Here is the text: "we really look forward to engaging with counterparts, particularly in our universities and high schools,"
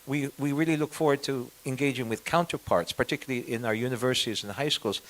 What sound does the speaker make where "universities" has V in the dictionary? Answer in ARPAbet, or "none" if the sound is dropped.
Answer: V